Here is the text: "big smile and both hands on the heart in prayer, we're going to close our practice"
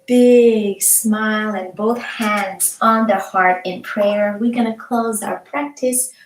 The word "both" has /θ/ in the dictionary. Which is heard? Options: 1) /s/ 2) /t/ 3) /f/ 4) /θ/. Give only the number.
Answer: 4